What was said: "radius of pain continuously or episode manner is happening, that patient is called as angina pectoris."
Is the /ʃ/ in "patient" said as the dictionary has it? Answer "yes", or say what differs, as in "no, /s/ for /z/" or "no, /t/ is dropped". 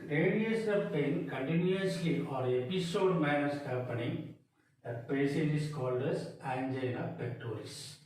no, /s/ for /ʃ/